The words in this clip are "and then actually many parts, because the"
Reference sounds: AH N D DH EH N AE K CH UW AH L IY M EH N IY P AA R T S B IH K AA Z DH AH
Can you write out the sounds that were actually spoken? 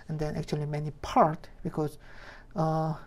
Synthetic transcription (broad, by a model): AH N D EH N AE K CH UW AH L IY M EH N IY P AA R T B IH K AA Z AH